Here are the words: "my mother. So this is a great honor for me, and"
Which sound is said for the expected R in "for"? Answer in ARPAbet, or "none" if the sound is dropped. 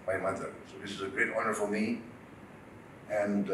L